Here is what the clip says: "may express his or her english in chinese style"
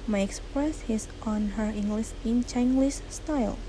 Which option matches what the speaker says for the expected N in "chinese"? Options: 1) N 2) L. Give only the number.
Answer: 2